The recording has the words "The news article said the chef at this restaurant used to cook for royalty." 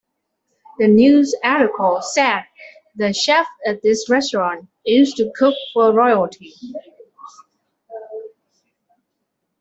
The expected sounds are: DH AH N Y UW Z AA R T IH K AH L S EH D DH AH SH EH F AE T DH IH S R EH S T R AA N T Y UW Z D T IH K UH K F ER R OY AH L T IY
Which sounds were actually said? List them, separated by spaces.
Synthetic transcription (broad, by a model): DH AH N Y UW Z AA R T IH K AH L S EH D DH AH SH EH F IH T DH IH S R EH S T R AA N T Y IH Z T IH K UH K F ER R OY AH L T IY